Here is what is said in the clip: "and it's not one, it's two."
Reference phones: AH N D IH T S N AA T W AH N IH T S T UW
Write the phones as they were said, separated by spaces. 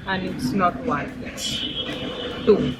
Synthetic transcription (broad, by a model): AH N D IH T S N AA T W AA IH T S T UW